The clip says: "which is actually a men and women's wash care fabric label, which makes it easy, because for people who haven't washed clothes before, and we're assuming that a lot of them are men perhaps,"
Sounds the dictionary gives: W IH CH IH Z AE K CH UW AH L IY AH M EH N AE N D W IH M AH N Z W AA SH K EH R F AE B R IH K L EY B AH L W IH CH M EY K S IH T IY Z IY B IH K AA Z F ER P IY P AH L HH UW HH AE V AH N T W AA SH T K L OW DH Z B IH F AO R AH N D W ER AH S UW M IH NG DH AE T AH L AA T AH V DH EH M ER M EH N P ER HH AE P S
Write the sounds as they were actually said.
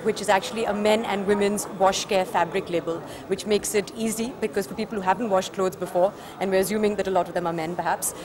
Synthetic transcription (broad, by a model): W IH CH IH Z AE K CH UW AH L IY AH M EH N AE N D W IH M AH N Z W AA SH K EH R F AE B R IH K L EY B AH L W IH CH M EY K S IH T IY Z IY B IH K AA Z F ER P IY P AH L HH UW HH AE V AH N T W AA SH T K L OW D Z B IH F AO R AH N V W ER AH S UW M IH NG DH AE T AH L AA T AH V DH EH M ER M EH N P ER HH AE P S